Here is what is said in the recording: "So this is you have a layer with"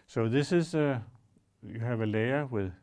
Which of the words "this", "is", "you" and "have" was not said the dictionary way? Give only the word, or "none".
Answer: is